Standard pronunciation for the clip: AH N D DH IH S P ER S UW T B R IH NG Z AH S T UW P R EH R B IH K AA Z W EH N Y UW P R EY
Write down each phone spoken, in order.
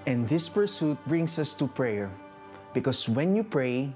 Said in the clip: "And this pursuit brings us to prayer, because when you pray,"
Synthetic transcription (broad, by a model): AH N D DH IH S P ER S UW T B R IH NG S AH S T UW P R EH R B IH K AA S W EH N Y UW P R EY